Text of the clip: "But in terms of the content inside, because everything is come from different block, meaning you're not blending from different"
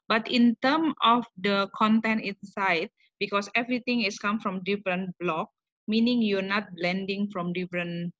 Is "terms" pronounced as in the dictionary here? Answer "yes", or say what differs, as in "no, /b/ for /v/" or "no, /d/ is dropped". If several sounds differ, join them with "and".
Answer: no, /z/ is dropped